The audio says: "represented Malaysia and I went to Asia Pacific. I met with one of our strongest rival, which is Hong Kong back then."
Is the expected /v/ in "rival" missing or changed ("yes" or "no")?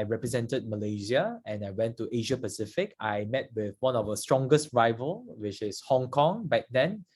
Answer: no